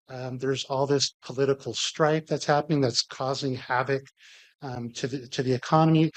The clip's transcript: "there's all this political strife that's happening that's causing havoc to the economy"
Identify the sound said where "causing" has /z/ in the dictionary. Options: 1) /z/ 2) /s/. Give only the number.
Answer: 1